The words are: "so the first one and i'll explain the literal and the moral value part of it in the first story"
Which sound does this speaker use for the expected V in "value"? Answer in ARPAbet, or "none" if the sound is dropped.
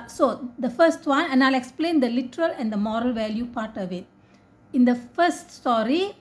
V